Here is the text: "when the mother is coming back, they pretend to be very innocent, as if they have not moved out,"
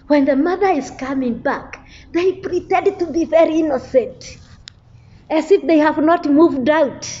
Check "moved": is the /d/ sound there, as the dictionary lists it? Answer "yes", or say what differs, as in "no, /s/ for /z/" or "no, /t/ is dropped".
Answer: yes